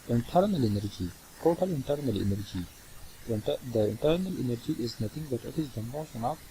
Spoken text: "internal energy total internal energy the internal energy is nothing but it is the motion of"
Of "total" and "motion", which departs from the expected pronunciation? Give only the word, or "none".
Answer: motion